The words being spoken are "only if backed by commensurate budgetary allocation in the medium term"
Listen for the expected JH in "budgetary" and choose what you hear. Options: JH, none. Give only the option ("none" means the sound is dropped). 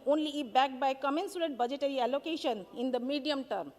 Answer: JH